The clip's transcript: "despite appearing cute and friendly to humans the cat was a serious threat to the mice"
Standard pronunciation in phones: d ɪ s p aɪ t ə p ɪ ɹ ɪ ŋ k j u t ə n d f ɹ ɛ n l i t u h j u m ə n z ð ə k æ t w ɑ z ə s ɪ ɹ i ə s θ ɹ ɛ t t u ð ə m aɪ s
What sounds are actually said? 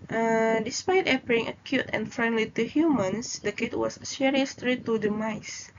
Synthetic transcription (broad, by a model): d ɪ s p aɪ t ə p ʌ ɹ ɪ ŋ k j u t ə n f ɹ ɛ n l i t u h j u m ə n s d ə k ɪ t w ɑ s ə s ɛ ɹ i s t ɹ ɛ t t u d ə m aɪ s